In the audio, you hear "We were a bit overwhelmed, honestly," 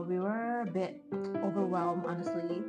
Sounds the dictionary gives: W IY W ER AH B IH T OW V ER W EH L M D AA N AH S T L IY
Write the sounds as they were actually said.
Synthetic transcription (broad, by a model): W IY W ER AH B IH T OW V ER W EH L M AA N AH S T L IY